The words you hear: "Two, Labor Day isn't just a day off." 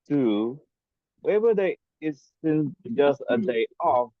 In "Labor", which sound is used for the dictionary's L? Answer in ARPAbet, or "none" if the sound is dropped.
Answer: W